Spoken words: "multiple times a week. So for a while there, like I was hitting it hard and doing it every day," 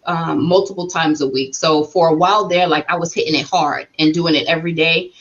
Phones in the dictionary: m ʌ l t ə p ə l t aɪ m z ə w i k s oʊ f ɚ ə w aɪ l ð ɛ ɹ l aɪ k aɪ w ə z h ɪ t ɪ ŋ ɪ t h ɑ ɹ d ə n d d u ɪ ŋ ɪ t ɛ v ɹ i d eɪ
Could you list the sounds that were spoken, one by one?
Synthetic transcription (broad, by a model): m ʌ l t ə p l t aɪ m z ə w i k s oʊ f ɚ ə w aɪ l ð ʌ ɹ l aɪ k aɪ w ə z h ɪ t ɪ ŋ ɪ t h ɑ ɹ d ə n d d u ɪ ŋ ɪ t ɛ v ɹ i d eɪ